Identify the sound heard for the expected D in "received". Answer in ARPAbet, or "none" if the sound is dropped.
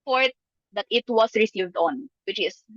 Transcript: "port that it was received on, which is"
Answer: D